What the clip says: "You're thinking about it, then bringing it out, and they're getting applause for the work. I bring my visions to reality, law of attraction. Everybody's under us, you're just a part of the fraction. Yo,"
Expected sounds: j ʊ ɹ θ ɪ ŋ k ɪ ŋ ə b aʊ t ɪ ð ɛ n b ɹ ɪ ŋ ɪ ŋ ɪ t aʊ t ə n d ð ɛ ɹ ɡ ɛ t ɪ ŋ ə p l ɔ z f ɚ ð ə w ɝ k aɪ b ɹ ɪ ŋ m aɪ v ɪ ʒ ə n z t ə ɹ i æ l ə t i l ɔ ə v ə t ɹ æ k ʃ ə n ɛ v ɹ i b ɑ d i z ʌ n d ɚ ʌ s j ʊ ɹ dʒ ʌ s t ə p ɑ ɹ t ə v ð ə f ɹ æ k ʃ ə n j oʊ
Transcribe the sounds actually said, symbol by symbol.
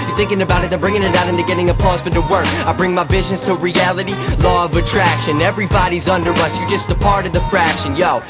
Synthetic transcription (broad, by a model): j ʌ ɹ θ ɪ ŋ k ɪ ŋ ə b aʊ t ɪ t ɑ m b ɹ ɪ ŋ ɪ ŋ ɪ t aʊ t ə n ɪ ɡ ɛ t ɪ ŋ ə p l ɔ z f ɚ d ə w ɝ k aɪ b ɹ ɪ ŋ m aɪ b ɪ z n s t ə ɹ i æ l ə t i l ɔ ə v ə t ɹ æ k ʃ ə n ɛ v ɹ i b ɑ d i z ʌ n d ɚ ʌ s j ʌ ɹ dʒ ʌ s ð ə p ɑ ɹ t ə v ð ə f ɹ æ k ʃ ə n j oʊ